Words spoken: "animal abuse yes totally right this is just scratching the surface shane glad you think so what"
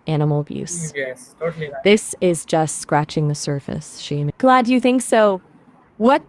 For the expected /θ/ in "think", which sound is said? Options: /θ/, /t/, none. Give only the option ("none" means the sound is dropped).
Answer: /θ/